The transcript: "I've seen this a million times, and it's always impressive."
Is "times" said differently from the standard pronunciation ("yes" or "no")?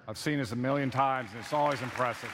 no